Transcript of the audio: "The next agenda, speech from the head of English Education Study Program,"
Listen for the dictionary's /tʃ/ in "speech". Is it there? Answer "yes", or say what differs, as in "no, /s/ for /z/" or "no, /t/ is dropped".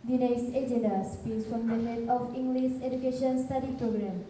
no, /s/ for /tʃ/